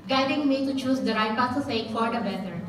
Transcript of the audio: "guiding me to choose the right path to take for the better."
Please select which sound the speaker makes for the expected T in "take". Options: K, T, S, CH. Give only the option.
S